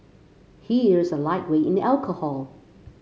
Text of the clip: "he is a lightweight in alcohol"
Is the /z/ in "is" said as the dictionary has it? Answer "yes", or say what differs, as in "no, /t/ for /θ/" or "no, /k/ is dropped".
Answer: yes